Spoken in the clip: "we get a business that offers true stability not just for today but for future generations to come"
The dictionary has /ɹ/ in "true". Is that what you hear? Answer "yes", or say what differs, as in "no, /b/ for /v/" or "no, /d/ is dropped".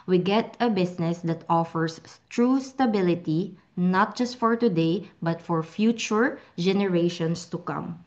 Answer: yes